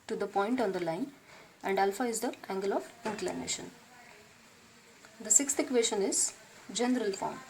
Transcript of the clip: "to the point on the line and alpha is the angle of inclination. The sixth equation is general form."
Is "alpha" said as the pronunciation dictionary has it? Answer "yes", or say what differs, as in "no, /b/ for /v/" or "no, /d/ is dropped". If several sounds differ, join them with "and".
yes